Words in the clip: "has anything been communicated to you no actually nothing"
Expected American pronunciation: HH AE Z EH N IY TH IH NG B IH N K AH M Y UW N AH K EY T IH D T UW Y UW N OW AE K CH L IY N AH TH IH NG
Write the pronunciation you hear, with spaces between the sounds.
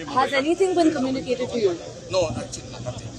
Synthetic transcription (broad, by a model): HH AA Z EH N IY S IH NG B IH N K AH M Y UW N AH K EY T IH D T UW Y UW N OW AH CH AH